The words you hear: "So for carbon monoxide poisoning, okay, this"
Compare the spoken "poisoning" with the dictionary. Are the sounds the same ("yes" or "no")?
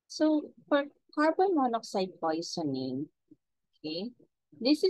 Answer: no